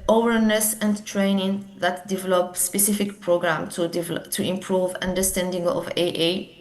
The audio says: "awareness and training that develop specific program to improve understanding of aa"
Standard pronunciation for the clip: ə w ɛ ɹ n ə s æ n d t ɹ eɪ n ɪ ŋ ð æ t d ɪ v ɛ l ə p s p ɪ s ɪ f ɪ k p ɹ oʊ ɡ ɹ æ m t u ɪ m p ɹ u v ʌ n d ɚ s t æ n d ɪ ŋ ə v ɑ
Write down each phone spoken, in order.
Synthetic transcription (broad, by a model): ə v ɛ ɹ n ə s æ n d t ɹ eɪ n ɪ ŋ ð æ t d ɪ v ɛ l ə p s p ɪ s ɪ f ɪ k p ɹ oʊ ɡ ɹ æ m t u ɪ m p ɹ u v ʌ n d ɚ s t æ n d ɪ ŋ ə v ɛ